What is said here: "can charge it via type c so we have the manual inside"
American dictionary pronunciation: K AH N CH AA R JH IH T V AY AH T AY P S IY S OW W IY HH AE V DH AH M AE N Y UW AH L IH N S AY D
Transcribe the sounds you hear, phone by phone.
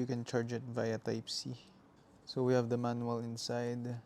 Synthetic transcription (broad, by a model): K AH N CH AA R JH IH T V AY AH T AY P S IY S OW W IY HH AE V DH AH M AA N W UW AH L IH N S AY D